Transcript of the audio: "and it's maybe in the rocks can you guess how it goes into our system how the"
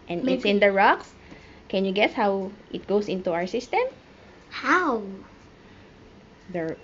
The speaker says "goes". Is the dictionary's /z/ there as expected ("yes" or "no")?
no